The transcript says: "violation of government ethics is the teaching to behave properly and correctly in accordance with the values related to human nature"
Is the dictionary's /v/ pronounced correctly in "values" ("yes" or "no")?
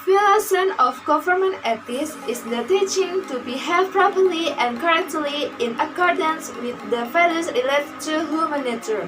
no